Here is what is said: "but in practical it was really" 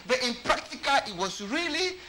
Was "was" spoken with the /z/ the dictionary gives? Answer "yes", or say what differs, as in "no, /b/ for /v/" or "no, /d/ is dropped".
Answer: no, /s/ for /z/